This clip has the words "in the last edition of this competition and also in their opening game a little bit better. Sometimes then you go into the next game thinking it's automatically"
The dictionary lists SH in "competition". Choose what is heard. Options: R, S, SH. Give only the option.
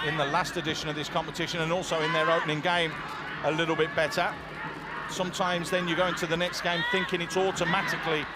SH